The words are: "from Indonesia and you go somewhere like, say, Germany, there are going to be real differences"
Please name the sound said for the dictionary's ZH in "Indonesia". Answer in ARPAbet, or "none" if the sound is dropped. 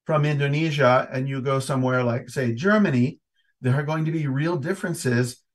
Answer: ZH